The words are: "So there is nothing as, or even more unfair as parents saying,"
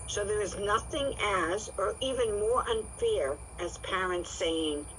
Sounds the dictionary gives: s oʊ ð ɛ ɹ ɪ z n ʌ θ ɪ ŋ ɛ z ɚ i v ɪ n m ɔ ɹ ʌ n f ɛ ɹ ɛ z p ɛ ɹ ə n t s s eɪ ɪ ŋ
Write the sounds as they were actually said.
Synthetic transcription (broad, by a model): s oʊ ð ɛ ɹ ɪ z n ʌ θ ɪ ŋ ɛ z ɚ i v ɪ n m ɔ ɹ ʌ n f ɛ ɹ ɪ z p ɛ ɹ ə n t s s eɪ ɪ ŋ